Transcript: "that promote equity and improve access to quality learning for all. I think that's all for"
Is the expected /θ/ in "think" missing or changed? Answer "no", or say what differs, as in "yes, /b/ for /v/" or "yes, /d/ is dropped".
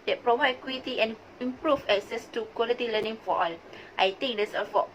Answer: yes, /t/ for /θ/